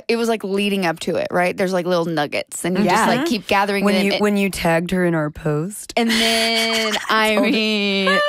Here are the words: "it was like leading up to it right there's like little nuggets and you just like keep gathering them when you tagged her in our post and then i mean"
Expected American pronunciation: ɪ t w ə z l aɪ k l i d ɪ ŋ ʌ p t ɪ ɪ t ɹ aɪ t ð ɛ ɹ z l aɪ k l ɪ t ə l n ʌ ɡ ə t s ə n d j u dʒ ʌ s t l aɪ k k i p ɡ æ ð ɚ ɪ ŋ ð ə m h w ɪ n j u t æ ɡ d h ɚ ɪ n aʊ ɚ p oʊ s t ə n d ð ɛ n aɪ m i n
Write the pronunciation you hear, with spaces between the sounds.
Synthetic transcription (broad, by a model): ɪ t w ə z l aɪ k l i d ɪ ŋ ʌ p t ɪ ɪ t ɹ aɪ t ð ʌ ɹ z l aɪ k l ɪ t l n ʌ ɡ ə t s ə n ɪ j dʒ ʌ s t l aɪ k k i p ɡ æ ð ɚ ɪ ŋ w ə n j w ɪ n j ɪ t æ ɡ d h ɚ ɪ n aʊ ɚ p oʊ s t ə n ð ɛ n aɪ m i